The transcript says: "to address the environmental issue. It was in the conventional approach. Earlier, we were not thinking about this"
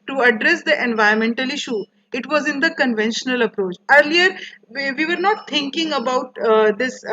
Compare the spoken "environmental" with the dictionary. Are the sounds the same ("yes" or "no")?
no